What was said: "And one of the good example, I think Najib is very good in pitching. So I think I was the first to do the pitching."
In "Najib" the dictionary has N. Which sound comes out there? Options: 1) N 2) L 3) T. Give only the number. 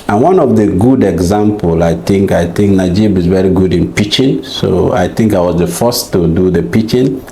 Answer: 1